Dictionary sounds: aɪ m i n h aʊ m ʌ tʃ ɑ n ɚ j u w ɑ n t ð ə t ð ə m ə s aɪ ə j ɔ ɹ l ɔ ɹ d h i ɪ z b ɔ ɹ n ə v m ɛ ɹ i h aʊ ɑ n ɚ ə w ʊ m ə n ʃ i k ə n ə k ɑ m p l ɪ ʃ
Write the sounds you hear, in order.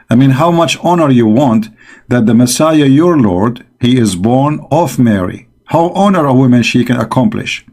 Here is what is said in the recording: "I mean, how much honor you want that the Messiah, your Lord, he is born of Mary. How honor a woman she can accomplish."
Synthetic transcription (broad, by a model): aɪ m i n h aʊ m ʌ tʃ ɑ n ɚ j u w ɑ n t ð ə t ð ə m ə s aɪ ə j ɔ ɹ l ɔ ɹ d h i ɪ z b ɔ ɹ n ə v m ɛ ɹ i h aʊ ɑ n ɚ ə w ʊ m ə n ʃ i k ə n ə k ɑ m p l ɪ ʃ